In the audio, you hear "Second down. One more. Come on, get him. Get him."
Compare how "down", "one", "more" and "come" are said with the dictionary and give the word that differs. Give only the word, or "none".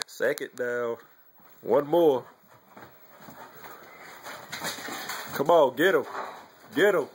down